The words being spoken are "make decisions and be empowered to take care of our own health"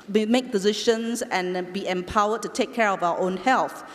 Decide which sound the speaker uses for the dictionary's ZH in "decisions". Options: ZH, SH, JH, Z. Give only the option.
SH